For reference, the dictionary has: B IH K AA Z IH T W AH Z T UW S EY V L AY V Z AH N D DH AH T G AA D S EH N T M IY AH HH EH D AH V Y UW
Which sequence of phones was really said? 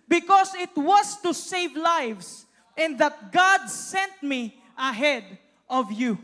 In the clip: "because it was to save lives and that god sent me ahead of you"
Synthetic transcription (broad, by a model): B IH K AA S IH T W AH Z T UW S EY V L AY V S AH N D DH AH T G AA D S EH N T M IY AH HH EH D AH V Y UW